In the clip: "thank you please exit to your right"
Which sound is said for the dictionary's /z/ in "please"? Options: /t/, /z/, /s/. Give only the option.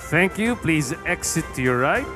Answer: /z/